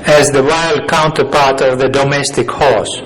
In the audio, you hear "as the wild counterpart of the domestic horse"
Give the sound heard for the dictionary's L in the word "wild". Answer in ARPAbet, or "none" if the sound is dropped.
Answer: L